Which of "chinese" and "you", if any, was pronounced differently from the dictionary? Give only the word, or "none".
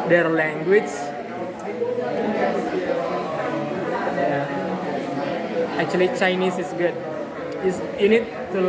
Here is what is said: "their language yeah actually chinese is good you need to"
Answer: chinese